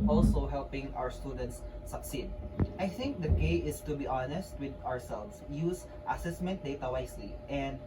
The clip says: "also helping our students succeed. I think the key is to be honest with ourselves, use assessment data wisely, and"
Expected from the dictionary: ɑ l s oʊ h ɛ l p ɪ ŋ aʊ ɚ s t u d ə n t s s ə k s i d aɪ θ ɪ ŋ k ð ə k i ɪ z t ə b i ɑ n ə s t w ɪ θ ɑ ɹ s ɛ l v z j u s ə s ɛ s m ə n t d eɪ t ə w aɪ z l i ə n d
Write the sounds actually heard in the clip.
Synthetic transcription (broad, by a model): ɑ l s oʊ h ɛ l p ɪ ŋ aʊ ɚ s t u d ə n t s s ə k s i d aɪ θ ɪ ŋ k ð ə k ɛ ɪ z t ə b i ɑ n ə s t w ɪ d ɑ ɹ s ɛ l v s j u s ə s ɛ s m ə n t d eɪ t ə w aɪ s l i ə n d